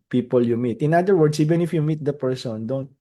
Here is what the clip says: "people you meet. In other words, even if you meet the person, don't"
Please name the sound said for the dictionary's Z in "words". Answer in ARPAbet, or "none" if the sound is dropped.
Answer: S